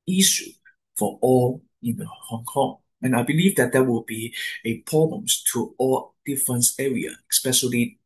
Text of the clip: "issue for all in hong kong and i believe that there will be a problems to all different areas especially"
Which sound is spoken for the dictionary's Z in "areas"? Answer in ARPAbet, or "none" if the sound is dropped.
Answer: none